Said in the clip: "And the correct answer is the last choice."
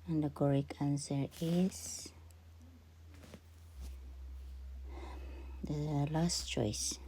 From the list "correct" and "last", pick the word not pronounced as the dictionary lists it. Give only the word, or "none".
correct